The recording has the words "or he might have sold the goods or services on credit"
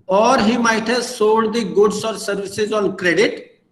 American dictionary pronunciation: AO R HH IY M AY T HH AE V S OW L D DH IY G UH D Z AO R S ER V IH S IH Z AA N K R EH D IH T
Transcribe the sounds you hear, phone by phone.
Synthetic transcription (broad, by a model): AO R HH IY M AY T HH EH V S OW N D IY G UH D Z AO R S ER V IH S IH Z AA N K R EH D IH T